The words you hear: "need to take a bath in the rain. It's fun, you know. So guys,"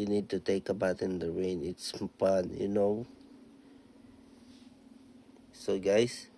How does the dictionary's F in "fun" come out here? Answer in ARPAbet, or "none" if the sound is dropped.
P